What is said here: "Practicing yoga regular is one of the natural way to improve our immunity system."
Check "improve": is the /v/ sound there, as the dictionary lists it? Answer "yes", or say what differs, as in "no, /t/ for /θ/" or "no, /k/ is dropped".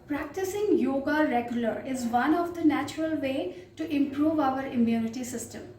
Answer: yes